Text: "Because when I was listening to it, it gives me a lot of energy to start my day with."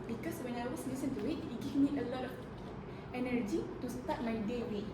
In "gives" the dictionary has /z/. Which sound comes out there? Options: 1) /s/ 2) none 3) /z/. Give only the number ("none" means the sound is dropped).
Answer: 2